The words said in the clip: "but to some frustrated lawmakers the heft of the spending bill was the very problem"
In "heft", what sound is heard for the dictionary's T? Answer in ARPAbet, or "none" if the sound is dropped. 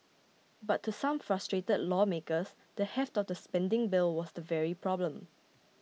T